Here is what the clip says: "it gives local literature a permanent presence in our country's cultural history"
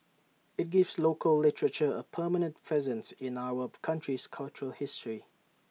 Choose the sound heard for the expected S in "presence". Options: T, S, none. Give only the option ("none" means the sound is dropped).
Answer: S